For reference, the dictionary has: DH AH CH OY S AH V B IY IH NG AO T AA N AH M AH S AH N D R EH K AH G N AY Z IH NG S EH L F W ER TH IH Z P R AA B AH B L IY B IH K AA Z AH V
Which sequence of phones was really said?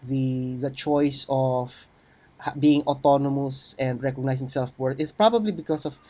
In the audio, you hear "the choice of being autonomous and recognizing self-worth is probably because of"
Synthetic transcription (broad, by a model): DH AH CH OY S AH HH B IY IH NG AO T AA N AH M AH S AH N D R EH K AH G N AY S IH NG S EH L F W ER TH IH S P R AA B AH B L IY B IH K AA S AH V